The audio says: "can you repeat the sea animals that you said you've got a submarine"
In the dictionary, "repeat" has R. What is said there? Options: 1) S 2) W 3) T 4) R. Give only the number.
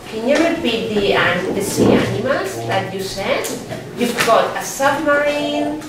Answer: 2